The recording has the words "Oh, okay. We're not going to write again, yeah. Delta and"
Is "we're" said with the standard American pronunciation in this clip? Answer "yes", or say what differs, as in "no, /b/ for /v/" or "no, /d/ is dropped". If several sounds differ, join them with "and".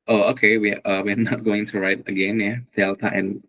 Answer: no, /w/ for /ɹ/